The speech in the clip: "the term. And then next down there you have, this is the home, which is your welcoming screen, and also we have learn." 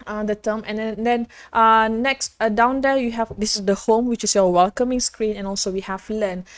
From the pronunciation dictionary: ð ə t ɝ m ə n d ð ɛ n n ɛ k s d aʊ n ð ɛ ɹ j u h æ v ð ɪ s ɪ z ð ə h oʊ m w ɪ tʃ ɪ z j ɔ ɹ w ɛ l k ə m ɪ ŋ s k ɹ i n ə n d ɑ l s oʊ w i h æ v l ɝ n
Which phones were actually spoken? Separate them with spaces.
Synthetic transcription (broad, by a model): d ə t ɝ m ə n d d ɛ n n ɛ k s d aʊ n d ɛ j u h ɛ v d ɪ s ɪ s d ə h oʊ m w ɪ tʃ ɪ s j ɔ w ɛ l k ə m ɪ ŋ s k ɹ i n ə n ɑ l s oʊ w i h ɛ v l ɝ n